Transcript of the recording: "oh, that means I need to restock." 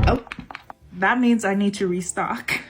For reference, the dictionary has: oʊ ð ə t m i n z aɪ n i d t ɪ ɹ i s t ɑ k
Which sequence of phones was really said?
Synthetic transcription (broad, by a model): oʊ ð ə t m i n z aɪ n i d t ɪ ɹ i s t ɑ k